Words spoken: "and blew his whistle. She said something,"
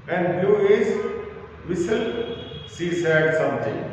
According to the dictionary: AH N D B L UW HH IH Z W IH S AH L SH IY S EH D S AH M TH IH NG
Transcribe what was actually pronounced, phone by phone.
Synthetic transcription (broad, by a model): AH N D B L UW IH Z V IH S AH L S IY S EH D S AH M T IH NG